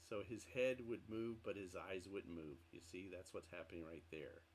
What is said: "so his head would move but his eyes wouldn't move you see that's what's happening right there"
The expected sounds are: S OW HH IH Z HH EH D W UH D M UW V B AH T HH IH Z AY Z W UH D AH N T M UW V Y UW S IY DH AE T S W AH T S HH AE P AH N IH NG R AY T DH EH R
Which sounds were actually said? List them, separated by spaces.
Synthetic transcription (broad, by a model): S OW IH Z HH EH D W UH D M UW V B AH T HH IH Z AY Z W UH D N M UW V Y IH S IY DH AE T S W AH T S HH AE P AH N IH NG R AY T DH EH R